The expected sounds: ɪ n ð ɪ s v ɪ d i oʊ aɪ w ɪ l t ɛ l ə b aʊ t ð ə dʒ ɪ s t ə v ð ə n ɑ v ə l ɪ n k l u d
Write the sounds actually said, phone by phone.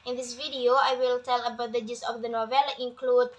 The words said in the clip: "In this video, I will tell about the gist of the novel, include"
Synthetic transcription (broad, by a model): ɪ n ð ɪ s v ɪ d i oʊ aɪ w ɪ l t ɛ l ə b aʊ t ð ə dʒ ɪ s ə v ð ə n ɑ v ə l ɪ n k l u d